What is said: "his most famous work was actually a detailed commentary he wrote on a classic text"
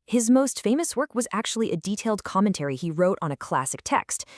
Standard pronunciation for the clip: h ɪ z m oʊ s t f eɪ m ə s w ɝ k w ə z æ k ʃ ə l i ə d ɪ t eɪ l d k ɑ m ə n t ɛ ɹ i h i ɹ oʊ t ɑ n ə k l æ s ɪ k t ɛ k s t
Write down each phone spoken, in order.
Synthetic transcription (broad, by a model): h ɪ z m oʊ s t f eɪ m ə s w ɝ k w ə z æ k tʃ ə l i ə d ɪ t eɪ l d k ɑ m ə n t ɛ ɹ i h i ɹ oʊ t n ə k l æ s ɪ k t ɛ k s t